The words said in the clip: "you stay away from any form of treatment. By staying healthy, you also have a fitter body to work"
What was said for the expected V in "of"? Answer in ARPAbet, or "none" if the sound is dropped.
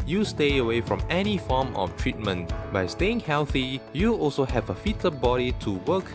F